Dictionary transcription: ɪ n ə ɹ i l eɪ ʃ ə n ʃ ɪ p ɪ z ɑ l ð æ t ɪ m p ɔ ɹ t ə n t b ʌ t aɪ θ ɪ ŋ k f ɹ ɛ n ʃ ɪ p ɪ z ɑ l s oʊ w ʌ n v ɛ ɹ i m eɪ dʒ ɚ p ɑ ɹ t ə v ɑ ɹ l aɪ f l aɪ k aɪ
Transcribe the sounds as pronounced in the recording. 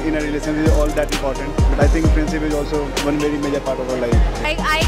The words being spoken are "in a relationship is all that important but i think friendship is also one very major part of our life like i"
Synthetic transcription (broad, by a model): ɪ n ə ɹ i l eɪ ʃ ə n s ɪ z ɑ l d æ t ɪ m p ɔ ɹ t ə n t b ʌ t aɪ t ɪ ŋ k p ɹ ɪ n s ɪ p ɪ z ɑ l s oʊ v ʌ n v ɛ ɹ i m eɪ dʒ ɚ p ɑ ɹ t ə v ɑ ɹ l aɪ f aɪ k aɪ